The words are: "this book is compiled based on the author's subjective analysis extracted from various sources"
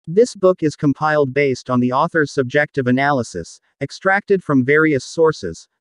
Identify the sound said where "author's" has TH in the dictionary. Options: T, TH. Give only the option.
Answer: TH